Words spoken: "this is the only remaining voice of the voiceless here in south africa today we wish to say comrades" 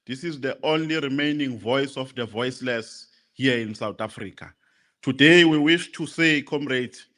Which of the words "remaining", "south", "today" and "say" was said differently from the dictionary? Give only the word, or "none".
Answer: south